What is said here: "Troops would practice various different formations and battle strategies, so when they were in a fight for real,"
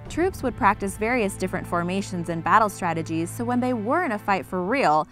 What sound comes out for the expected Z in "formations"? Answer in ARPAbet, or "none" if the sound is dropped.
Z